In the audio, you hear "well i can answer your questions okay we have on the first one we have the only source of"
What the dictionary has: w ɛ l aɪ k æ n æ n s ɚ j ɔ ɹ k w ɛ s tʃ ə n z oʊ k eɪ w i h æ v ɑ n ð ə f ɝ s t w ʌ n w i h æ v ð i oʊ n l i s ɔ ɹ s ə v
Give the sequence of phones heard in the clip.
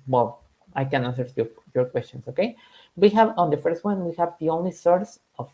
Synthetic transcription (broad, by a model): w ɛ l aɪ k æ n æ n s ɚ j ɔ ɹ k w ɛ s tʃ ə n s oʊ k eɪ w i h æ v ɑ n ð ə f ɝ s t w ʌ n w i h æ v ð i oʊ n l i s ɔ ɹ s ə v